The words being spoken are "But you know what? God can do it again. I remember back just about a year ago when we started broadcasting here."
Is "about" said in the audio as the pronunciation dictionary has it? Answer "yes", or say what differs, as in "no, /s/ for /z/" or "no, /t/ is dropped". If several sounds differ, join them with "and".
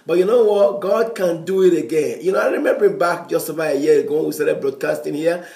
no, /t/ is dropped